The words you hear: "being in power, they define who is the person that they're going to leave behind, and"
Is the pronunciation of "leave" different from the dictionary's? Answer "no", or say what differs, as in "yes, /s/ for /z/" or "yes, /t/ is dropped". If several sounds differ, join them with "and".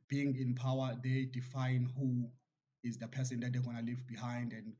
no